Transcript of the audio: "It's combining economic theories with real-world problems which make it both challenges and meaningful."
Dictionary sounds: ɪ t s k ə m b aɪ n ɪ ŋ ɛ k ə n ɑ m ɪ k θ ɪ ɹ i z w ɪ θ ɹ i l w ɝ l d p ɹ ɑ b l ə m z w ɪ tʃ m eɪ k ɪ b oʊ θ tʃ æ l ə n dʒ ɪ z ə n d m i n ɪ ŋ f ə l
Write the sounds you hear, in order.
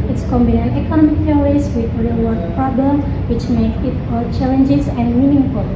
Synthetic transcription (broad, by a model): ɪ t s k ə m b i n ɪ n ɛ k ə n ɑ m ɪ k t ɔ ɹ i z w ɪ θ ɹ i l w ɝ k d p ɹ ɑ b ə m w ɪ tʃ m eɪ k ɪ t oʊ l tʃ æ l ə n dʒ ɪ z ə n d m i n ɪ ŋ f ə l